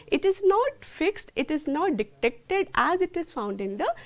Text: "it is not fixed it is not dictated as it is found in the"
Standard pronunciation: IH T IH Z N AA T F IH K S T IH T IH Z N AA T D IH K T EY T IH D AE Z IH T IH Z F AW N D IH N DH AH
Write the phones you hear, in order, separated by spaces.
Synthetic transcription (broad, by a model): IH T IH Z N AA T F IH K S T IH T IH Z N AA T D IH K T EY T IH D AE Z IH T IH Z F AW N D IH N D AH